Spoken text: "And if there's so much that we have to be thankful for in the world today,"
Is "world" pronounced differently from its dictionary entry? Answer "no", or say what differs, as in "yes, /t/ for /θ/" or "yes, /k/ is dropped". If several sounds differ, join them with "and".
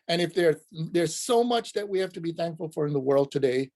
no